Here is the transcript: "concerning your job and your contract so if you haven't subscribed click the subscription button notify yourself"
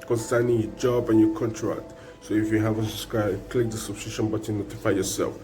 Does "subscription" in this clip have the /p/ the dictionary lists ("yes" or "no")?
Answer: no